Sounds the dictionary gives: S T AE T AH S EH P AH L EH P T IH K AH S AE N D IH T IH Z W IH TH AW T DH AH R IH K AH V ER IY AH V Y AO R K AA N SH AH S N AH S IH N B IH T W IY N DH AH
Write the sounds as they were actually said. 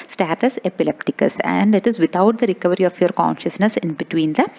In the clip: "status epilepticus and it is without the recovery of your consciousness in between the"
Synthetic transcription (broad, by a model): S T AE T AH S EH P AH L EH P T IH K AH S AE N D IH T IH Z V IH T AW T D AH R IH K AH V ER IY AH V Y AO R K AA N SH AH S N AH S IH N B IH T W IY N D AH